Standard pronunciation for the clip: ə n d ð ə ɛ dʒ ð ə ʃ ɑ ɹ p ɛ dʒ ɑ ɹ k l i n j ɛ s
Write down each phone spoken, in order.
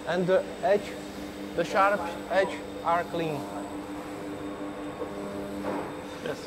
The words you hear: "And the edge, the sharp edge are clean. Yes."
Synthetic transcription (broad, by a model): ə n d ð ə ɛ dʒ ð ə ʃ ɑ ɹ p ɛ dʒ ɑ ɹ k l i n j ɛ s